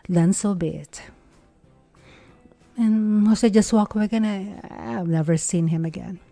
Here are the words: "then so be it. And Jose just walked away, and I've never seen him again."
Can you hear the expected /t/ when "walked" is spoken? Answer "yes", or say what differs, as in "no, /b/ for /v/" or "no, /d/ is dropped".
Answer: no, /t/ is dropped